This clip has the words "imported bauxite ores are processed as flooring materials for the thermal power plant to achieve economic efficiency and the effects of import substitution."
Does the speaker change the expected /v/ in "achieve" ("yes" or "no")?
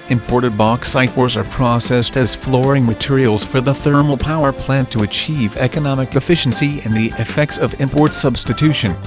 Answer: no